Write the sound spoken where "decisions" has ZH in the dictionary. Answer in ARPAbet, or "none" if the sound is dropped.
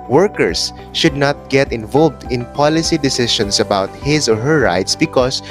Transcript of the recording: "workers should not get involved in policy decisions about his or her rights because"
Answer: SH